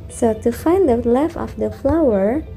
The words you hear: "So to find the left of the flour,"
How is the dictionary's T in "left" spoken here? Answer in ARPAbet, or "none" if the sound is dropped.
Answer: none